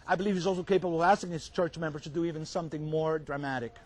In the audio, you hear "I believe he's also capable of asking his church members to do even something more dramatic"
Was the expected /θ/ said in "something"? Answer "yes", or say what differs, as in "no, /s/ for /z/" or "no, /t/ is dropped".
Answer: yes